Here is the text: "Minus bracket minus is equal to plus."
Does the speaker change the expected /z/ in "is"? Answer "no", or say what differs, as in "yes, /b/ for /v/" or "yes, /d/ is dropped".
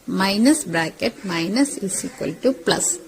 yes, /s/ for /z/